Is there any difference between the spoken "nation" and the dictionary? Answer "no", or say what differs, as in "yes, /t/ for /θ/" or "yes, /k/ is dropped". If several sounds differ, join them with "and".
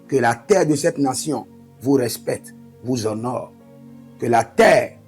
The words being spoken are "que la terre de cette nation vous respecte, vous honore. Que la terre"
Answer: yes, /s/ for /ʃ/